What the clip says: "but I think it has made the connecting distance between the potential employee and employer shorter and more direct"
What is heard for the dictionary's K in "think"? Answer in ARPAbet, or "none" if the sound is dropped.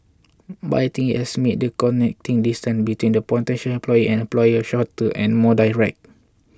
none